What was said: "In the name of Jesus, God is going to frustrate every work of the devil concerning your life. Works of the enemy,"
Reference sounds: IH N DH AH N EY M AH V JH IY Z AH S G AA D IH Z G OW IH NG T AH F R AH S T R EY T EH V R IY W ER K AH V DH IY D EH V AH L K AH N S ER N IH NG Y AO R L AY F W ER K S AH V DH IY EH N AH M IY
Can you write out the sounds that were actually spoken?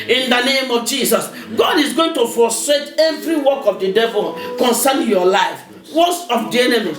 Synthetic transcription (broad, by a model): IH N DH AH N EY M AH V JH IY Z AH S G AA D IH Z G OW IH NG T AH F AO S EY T EH V R IY W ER K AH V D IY D EH V AH L K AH N S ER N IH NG Y AO L AY F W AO S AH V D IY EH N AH M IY